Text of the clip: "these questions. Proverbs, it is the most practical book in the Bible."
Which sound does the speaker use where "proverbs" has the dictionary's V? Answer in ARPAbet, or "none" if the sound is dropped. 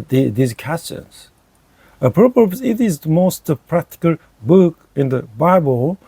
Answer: P